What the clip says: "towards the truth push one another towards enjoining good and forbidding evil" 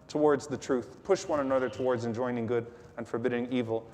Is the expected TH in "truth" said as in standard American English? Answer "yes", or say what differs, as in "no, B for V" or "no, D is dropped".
yes